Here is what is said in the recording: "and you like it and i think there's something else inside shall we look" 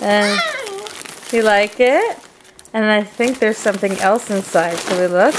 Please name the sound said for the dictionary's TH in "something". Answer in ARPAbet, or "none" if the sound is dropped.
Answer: TH